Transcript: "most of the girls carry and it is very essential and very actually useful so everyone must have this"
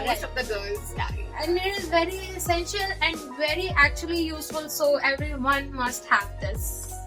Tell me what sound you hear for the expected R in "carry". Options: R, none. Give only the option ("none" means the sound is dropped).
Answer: none